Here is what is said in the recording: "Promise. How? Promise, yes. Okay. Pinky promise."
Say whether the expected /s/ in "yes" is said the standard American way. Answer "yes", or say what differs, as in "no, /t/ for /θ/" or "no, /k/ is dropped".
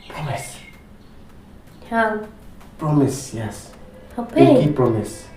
yes